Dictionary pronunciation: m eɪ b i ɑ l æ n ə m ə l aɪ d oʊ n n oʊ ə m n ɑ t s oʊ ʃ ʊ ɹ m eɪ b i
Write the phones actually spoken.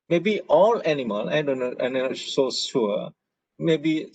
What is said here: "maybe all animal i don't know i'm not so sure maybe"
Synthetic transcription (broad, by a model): m eɪ b i ɑ l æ n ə m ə l aɪ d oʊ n n oʊ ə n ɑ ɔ s oʊ s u m eɪ b i